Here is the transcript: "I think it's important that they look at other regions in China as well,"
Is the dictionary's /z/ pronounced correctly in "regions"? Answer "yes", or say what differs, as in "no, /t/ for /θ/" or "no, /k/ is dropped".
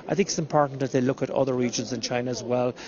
yes